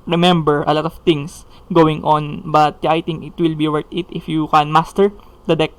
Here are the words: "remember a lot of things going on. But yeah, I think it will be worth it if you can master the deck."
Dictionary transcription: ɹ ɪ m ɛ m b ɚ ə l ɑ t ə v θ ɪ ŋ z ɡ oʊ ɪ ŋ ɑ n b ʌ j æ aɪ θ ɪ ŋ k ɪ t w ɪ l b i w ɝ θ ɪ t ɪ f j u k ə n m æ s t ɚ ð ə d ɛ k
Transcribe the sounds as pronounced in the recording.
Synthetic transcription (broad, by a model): ɹ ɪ m ɛ m b ɚ ə l ɑ t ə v t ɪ ŋ s ɡ oʊ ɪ ŋ ɑ n b ʌ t aɪ t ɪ ŋ k ɪ t w ɪ l b i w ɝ t ɪ t ɪ f j u k ə n m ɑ s t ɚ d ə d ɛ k